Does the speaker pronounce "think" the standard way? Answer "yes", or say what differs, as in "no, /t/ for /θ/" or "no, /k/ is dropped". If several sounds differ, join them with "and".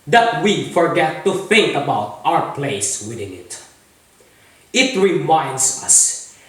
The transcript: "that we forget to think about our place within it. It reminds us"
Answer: no, /f/ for /θ/